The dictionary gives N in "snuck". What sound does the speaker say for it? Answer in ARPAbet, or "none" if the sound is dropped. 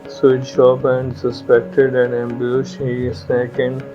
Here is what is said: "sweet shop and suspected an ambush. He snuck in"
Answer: none